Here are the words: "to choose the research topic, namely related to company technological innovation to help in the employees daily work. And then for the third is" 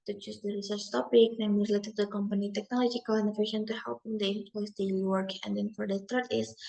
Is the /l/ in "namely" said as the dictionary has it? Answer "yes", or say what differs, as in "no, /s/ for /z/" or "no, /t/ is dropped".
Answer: no, /l/ is dropped